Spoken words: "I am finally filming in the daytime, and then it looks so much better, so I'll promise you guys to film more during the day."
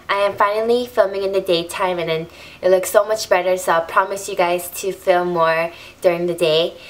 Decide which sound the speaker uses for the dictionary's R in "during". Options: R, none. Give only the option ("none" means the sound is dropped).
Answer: R